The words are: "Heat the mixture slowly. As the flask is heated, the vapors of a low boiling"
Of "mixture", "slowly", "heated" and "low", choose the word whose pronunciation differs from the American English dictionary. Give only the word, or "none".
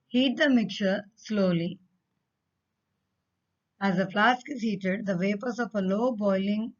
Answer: mixture